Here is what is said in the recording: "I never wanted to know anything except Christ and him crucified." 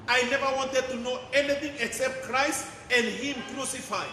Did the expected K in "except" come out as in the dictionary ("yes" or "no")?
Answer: yes